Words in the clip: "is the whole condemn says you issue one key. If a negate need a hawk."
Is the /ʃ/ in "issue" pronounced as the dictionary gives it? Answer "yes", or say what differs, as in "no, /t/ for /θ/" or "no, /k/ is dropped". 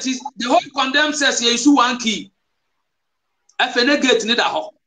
no, /s/ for /ʃ/